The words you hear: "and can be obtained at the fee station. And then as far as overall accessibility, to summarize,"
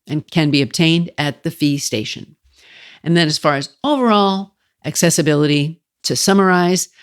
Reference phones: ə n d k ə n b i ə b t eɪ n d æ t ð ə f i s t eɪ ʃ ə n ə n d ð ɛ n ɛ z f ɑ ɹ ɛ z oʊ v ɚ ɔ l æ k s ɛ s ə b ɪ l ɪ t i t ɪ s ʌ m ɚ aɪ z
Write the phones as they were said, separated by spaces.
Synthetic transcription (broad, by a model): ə n k ə n b i ə b t eɪ n d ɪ t ð ə f i s t eɪ ʃ ə n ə n ð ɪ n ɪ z f ɑ ɹ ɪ z oʊ v ɚ ɔ l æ k s ɛ s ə b ɪ l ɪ t i t ɪ s ʌ m ɚ aɪ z